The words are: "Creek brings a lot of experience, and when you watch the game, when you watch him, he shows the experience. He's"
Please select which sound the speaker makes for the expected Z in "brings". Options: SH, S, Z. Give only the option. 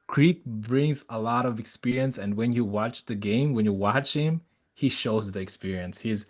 Z